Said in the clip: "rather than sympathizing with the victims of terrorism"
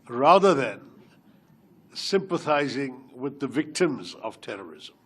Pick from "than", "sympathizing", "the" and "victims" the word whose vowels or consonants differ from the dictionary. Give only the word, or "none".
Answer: none